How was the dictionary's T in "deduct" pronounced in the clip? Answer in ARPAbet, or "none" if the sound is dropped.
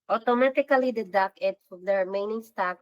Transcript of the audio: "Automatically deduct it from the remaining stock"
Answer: none